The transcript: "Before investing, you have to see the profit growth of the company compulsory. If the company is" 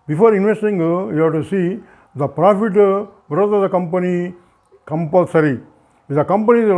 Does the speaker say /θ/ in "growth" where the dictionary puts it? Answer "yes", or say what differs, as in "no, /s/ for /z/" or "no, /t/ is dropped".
no, /t/ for /θ/